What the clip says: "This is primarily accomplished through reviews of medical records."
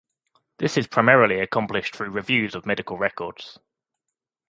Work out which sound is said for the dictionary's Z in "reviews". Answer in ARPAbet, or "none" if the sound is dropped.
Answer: Z